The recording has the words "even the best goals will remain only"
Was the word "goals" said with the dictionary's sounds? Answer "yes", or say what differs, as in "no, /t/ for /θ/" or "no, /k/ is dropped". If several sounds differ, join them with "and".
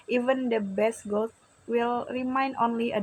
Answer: no, /z/ is dropped